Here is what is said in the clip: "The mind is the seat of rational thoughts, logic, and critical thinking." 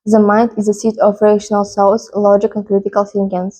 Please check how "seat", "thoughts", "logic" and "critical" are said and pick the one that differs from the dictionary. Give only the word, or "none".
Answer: thoughts